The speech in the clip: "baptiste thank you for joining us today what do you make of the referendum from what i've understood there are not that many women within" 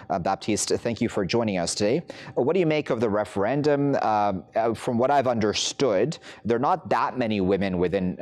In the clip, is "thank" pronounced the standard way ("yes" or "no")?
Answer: yes